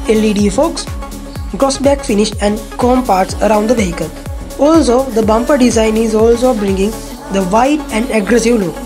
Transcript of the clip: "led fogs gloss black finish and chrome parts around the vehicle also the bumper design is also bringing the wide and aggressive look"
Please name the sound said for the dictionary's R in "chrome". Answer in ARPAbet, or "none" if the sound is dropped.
none